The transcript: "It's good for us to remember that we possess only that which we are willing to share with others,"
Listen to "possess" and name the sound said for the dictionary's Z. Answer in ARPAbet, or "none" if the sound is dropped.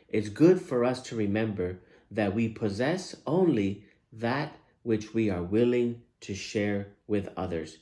Z